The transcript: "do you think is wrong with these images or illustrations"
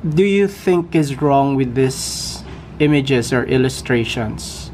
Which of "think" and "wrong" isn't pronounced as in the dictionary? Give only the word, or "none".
none